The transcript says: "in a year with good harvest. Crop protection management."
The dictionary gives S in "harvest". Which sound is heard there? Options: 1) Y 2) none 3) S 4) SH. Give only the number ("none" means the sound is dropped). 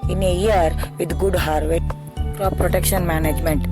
2